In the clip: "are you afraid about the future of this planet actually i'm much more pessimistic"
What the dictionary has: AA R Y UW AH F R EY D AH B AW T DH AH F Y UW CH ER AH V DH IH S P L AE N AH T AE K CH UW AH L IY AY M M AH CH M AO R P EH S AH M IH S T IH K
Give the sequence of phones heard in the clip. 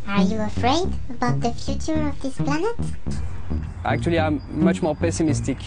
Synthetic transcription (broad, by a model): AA R Y UW AH F R EY D AH B AW T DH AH F Y UW CH ER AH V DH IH S P L AE N AH T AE K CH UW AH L IY AY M M AH CH M AO R P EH S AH M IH S T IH K